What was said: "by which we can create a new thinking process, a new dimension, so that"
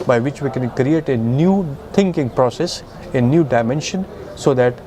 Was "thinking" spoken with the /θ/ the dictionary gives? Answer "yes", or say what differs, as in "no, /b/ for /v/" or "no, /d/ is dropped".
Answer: no, /t/ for /θ/